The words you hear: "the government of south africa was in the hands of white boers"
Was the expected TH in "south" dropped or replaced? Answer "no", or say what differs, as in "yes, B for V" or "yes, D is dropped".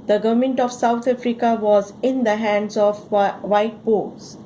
yes, T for TH